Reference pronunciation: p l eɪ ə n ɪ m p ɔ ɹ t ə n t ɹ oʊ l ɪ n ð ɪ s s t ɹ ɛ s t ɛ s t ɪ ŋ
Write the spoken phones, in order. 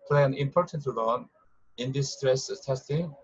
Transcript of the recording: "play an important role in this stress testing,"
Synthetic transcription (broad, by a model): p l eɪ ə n ɪ m p ɔ ɹ t ə n t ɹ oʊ n ɪ n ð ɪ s s t ɹ ɛ s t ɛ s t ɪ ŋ